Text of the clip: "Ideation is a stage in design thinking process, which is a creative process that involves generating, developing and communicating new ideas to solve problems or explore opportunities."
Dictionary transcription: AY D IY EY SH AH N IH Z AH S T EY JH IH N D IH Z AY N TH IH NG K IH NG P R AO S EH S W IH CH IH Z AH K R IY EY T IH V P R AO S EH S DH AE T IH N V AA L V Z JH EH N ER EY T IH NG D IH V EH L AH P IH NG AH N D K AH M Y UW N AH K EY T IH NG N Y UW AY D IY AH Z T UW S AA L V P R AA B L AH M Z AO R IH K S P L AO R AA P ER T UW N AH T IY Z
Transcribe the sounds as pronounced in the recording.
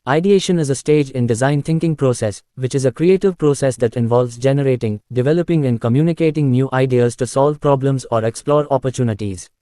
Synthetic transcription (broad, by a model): AY D IY EY SH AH N IH Z AH S T EY JH IH N D IH Z AY N T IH NG K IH NG P R AO S EH S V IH CH IH Z AH K R IY EY T IH V P R AO S EH S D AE T IH N V AA L V Z JH EH N ER EY T IH NG D IH V EH L AH P IH NG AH N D K AH M Y UW N AH K EY T IH NG N Y UW AY D IY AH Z T UW S AA L V P R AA B L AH M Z AO R IH K S P L AO R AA P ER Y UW N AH T IY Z